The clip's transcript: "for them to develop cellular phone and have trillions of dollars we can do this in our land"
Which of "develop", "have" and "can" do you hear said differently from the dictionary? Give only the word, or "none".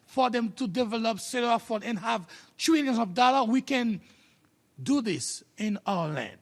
none